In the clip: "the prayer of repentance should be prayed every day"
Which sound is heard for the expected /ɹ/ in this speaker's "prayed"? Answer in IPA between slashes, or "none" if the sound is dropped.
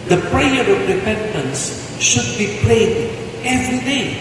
/l/